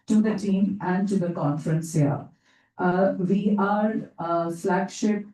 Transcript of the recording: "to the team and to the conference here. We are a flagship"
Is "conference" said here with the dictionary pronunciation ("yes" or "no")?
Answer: yes